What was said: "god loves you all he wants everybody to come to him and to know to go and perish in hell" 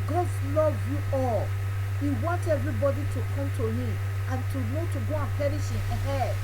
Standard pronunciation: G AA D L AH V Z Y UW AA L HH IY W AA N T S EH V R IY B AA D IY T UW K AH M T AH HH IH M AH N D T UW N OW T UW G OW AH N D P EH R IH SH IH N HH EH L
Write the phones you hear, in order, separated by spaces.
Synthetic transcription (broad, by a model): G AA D L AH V Y UW AA L HH IY W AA N T EH V R IY B AA D IY T UW K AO M T AH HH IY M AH N T UW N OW T UW G OW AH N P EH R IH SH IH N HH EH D